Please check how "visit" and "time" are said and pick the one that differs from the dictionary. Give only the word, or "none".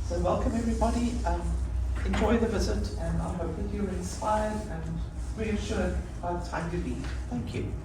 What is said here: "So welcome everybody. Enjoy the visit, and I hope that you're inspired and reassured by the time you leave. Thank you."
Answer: none